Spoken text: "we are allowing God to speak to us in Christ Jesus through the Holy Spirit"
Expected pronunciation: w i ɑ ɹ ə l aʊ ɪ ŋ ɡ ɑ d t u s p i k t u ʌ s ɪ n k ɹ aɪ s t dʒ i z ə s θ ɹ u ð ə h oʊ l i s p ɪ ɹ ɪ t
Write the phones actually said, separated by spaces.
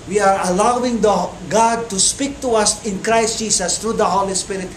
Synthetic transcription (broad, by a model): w i ɑ ɹ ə l aʊ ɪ ŋ ɡ ɑ d t u s p i k t u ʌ s ɪ n k ɹ aɪ s t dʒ i s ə s t ɹ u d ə h oʊ l i s p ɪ ɹ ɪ t